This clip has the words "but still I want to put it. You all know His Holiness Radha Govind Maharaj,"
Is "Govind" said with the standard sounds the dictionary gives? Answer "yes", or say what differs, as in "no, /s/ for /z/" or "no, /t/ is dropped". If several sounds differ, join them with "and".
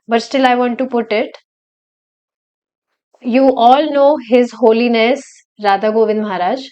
yes